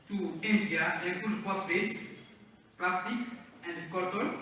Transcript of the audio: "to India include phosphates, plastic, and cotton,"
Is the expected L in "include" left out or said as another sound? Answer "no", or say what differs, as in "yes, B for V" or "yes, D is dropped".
yes, L is dropped